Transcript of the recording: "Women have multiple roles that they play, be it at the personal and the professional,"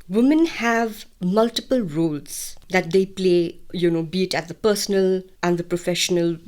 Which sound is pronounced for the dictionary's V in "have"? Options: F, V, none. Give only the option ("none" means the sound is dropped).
V